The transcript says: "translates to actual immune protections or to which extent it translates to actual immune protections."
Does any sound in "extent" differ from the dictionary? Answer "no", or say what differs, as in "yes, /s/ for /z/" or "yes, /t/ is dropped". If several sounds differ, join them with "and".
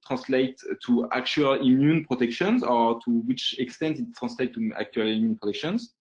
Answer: no